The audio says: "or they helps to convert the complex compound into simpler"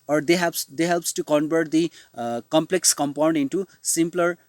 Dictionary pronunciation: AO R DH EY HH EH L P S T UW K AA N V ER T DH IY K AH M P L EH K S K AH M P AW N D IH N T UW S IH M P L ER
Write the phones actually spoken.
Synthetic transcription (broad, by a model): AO R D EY HH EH L P S T UW K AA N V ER T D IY K AH M P L EH K S K AH M P AW N D IH N T UW S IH M P L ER